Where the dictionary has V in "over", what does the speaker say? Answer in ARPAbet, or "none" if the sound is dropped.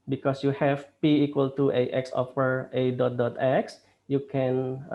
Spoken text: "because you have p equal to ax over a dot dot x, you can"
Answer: F